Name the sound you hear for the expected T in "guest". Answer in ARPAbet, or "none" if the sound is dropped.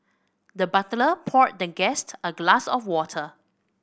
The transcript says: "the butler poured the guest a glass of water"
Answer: T